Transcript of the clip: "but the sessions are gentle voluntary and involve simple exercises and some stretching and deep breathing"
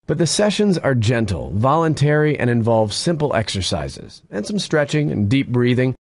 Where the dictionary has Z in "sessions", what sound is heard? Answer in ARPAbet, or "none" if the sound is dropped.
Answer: Z